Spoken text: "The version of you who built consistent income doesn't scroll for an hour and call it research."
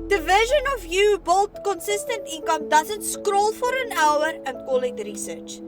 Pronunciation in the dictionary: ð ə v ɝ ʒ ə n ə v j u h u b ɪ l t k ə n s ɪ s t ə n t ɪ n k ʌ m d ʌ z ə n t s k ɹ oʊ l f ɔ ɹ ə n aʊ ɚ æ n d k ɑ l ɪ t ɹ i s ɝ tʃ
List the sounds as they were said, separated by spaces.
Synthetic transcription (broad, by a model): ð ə v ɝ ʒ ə n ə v j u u b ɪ l t k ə n s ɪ s t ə n t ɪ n k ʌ m d ʌ z ə n t s k ɹ oʊ l f ɔ ɹ ə n aʊ ɚ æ n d k ɑ l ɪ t ɹ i s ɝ tʃ